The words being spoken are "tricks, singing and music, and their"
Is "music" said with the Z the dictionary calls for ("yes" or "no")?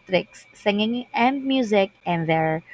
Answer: yes